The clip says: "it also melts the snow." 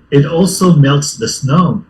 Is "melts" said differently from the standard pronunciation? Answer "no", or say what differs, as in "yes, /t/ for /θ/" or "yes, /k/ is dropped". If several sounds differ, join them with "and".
no